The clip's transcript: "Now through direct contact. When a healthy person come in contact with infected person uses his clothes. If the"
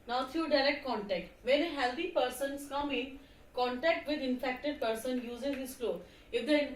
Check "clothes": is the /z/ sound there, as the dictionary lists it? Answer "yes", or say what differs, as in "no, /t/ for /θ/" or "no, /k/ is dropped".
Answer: no, /z/ is dropped